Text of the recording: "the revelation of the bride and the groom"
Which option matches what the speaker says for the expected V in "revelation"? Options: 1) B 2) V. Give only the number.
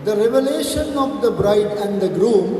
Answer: 2